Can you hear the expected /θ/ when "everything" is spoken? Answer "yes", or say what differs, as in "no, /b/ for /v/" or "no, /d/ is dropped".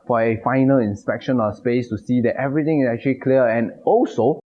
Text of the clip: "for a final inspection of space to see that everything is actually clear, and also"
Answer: no, /t/ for /θ/